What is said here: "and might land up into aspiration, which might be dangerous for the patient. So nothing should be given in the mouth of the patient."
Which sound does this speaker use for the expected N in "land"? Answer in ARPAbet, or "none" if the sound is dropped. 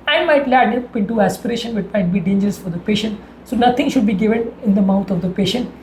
none